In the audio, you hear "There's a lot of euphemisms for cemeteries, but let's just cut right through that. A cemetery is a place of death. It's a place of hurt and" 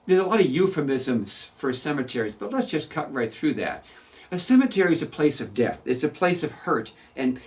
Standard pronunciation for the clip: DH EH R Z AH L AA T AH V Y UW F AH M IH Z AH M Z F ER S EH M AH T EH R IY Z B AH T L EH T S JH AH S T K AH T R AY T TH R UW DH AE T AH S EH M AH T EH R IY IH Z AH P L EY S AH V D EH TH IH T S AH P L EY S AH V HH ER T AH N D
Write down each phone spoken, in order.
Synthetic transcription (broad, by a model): DH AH R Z AH L AA T AH V Y UW F AH M IH Z AH M Z F ER S EH M AH T EH R IY Z B AH T L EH T S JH AH S K AH T R AY T TH R UW DH AE T AH S EH M AH T EH R IY IH Z AH P L EY S AH V D EH TH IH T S AH P L EY S AH V HH ER T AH N